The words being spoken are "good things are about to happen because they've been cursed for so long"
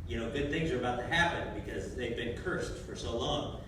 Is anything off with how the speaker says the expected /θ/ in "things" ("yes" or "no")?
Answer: no